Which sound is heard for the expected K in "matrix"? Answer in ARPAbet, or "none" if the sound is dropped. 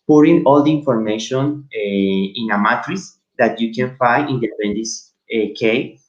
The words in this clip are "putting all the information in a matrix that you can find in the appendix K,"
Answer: none